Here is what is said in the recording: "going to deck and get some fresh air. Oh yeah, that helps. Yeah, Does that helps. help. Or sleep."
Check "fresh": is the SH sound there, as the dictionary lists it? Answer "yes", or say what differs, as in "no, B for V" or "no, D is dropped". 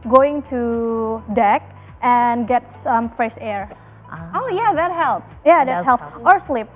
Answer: no, S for SH